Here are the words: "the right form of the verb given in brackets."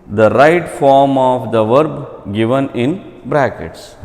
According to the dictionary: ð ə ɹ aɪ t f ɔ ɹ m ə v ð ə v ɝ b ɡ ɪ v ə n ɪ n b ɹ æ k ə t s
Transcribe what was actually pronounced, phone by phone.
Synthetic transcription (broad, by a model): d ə ɹ aɪ t f ɔ ɹ m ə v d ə v ɝ b ɡ ɪ v ə n ɪ n b ɹ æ k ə t s